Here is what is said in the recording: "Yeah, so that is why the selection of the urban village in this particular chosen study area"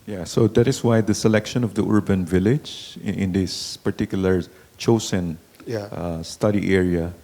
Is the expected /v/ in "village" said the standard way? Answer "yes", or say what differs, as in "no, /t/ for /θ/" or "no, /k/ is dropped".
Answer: yes